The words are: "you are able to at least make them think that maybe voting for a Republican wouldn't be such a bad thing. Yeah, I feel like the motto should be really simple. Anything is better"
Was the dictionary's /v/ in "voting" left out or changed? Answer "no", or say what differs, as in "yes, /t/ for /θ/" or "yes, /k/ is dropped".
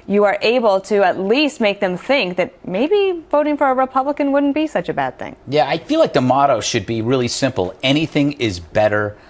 no